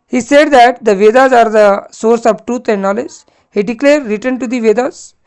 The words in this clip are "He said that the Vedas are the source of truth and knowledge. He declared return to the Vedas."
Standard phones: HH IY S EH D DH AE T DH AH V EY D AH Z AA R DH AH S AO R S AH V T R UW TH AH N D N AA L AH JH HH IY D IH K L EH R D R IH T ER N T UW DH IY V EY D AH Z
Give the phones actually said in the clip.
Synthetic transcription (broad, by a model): HH IY S EH D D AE T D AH V EY D AH Z AA R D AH S AO R S AH V T R UW T AH N D N AA L AH JH HH IY D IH K L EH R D R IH T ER N T UW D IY V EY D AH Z